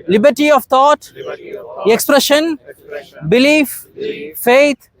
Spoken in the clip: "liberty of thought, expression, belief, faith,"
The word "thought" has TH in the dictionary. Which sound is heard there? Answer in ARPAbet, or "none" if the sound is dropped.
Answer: T